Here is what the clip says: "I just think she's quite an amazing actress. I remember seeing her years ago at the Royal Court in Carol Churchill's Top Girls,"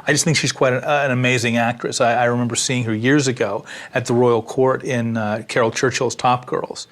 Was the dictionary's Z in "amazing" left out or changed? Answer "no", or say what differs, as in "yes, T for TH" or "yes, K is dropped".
no